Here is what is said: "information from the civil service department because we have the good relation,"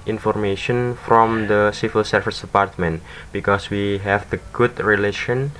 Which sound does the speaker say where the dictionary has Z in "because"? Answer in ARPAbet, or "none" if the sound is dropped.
S